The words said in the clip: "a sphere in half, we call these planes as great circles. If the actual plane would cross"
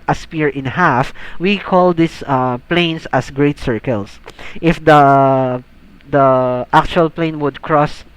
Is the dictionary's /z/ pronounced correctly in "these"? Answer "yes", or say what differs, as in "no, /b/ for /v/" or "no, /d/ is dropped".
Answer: no, /s/ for /z/